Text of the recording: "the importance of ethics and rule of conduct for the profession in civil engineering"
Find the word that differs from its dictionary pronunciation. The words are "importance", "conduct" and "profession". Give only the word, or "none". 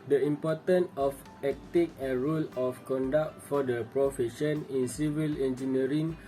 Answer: importance